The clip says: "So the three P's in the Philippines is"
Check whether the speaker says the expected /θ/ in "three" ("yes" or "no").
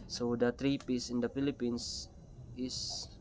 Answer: no